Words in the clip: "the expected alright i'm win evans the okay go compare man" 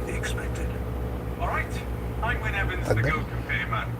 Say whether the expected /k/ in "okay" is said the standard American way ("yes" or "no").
no